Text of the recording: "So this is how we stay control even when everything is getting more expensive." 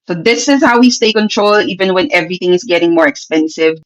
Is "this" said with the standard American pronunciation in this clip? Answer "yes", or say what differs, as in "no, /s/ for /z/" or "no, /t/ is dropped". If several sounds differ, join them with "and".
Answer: yes